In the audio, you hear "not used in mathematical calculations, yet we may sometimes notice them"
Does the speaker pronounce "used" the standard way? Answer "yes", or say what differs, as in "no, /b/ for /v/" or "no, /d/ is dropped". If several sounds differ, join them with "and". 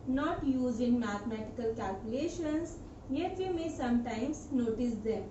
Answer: no, /d/ is dropped